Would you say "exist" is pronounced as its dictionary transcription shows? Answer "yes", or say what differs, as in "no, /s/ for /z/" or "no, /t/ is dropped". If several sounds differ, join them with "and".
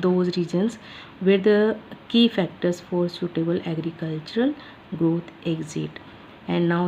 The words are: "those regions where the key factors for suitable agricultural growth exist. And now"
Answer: no, /s/ is dropped